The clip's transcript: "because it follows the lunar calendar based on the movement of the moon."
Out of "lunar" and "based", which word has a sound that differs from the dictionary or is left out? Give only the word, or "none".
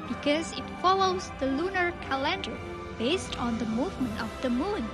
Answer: none